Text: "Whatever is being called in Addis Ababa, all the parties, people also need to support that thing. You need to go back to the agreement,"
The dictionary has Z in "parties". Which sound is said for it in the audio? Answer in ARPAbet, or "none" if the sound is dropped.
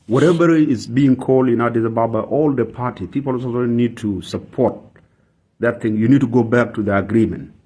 none